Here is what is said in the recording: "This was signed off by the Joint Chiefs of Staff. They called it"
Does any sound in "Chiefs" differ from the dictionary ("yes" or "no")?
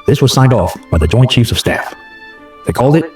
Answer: no